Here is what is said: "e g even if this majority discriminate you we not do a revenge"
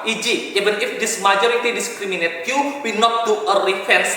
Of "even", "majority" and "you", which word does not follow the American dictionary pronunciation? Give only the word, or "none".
even